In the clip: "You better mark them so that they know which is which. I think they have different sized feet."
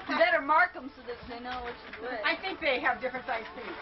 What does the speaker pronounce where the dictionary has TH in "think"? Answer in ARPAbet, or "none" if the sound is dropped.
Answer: TH